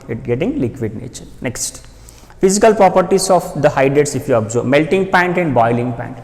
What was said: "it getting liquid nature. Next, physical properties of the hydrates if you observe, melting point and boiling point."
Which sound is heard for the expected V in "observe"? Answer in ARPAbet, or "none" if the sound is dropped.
B